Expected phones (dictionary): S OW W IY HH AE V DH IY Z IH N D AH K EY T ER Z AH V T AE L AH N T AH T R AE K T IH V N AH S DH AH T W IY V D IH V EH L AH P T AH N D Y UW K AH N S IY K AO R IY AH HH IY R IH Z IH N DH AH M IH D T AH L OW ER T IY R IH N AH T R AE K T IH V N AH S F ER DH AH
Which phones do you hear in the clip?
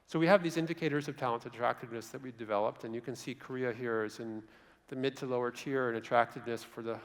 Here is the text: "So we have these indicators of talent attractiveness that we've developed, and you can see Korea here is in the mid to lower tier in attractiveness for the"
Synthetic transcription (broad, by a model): S OW W IY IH V DH IY Z IH N D AH K EY T ER Z AH V T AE L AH N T AH T R AE K T IH V N AH S DH AH T W IY V D IH V EH L AH P T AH N Y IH K AH N S IY K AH R IY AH HH IY R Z IH N DH AH M IH D T AH L OW ER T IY R IH N AH T R AE K T IH V N AH S F ER DH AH